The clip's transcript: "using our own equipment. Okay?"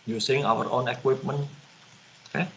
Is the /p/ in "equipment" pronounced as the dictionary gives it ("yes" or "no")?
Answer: yes